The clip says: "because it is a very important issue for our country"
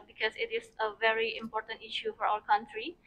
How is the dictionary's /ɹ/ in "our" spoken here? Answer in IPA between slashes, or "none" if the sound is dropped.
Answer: /l/